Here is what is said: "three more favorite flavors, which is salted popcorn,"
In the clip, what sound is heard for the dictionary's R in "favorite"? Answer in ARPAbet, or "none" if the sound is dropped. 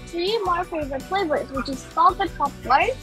none